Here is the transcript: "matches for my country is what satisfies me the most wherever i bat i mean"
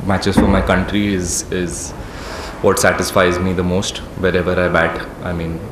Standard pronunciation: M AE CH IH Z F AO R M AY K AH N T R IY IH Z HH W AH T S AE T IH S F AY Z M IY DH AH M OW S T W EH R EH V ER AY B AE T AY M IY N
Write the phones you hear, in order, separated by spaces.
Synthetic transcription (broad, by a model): M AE CH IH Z F AO R M AY K AH N T R IY IH Z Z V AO T S AE T IH S F AY Z M IY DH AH M OW S T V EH R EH V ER AY B AE T AY M IY N